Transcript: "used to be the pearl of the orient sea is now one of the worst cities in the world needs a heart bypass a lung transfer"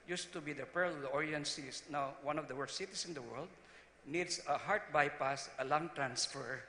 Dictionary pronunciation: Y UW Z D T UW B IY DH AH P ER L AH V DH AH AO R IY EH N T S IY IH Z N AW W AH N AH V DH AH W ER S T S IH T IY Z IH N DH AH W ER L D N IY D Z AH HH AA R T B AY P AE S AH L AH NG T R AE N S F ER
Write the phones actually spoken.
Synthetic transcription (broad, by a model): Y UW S T UW B IY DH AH P ER L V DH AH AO R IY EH N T S IY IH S N AW W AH N AH V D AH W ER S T S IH T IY S IH N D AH W ER L D N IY D S AH HH AA R T B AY P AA S AH L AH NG T R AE N S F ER